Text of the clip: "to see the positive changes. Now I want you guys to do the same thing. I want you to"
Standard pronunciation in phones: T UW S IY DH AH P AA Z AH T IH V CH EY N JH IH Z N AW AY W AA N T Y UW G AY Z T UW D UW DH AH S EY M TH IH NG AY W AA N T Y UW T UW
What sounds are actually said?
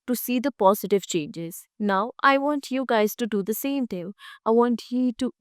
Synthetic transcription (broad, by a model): T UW S IY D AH P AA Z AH T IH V CH EY N JH IH Z N AW AY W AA N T Y UW G AY Z T UW D UW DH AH S EY M T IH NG AY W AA N T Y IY T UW